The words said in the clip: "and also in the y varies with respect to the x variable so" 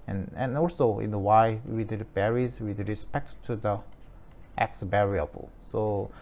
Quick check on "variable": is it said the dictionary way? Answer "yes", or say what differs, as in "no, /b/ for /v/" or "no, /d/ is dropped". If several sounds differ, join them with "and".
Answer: no, /b/ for /v/